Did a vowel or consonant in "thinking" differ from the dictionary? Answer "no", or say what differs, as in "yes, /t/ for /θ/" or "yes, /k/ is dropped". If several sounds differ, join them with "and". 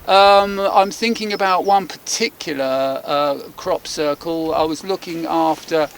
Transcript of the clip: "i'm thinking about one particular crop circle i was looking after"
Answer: no